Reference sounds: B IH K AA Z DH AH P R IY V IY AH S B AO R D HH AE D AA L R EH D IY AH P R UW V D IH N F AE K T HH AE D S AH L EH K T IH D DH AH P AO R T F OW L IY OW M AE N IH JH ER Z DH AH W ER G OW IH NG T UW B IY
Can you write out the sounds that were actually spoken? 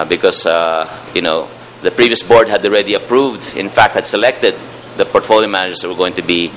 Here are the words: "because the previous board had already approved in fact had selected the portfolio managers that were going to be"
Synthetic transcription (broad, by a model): B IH K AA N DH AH P R IY V IY AH S B AO R D HH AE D AA L R EH D IY AH P R UW V D IH N F AE K T HH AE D S AH L EH K T IH D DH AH P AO R T F OW L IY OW M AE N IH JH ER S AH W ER G OW IH NG T UW B IY